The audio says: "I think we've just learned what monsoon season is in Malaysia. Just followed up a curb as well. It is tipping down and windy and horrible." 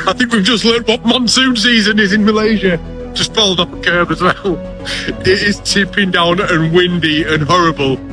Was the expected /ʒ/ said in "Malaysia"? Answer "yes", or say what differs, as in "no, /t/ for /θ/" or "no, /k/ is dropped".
yes